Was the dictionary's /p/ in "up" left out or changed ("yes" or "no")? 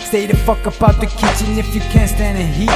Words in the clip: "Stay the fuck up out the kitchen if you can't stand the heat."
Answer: yes